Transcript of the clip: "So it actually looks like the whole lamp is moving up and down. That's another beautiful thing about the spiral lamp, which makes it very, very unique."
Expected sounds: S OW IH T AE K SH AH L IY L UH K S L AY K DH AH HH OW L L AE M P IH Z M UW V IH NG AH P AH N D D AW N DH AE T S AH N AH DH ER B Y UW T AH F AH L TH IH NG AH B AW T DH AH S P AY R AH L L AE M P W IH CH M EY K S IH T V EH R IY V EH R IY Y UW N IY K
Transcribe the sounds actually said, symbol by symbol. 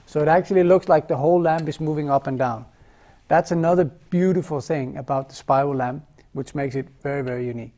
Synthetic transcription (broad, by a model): S OW IH T AE K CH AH L IY L UH K S L AY K DH AH HH OW L L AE M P IH Z M UW V IH NG AH P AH N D D AW N DH AE T S AH N AH DH ER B Y UW T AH F L TH IH NG AH B AW T DH AH S P AY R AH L L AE M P W IH CH M EY K S IH T V EH R IY V EH R IY Y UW N IY K